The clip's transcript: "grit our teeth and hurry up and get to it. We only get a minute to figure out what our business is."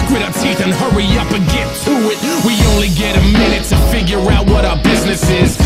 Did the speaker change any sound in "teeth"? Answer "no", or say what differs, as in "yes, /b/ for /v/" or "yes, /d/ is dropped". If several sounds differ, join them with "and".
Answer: no